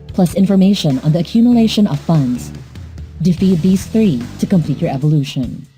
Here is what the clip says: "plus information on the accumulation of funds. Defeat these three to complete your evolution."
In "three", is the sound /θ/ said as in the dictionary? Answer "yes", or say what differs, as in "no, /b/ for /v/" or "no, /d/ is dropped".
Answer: yes